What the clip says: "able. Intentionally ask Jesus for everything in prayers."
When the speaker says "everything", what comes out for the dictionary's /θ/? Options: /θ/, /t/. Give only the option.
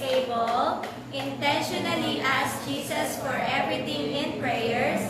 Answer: /t/